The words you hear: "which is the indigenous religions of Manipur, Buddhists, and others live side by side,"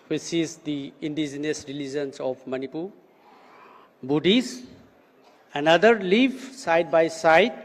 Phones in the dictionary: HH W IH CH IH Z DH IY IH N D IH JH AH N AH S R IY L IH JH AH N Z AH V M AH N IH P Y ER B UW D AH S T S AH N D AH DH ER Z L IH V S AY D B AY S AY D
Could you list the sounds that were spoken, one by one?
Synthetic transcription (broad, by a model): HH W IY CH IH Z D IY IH N D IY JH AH N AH S R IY L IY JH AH N S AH P M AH N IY P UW B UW D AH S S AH N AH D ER L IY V S AY D B AY S AY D